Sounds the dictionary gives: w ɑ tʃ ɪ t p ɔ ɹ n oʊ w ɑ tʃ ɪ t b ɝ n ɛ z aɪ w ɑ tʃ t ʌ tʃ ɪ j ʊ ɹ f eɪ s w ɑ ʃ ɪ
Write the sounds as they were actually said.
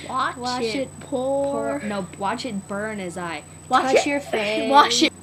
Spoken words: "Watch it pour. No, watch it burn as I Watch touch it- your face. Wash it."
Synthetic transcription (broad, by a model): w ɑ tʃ ɪ t p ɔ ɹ n oʊ w ɑ tʃ ɪ t b ɝ n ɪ z aɪ w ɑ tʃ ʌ ɹ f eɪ w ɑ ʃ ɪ